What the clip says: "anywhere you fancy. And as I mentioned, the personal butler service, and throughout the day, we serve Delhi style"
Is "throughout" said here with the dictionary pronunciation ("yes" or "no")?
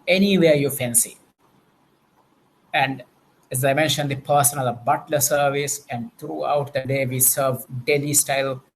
no